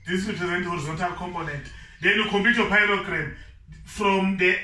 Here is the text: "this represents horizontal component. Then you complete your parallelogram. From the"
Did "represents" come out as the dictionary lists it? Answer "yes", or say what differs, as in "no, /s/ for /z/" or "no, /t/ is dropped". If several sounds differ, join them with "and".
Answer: no, /s/ is dropped